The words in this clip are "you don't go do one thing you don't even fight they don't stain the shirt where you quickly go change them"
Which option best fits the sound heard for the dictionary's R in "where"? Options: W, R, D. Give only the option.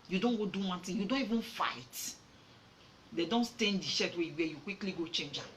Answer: W